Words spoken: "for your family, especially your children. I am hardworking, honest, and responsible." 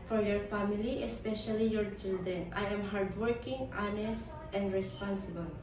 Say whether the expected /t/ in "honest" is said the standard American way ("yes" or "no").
yes